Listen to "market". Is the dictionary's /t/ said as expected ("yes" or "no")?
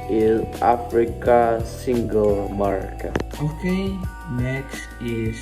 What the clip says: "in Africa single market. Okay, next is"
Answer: no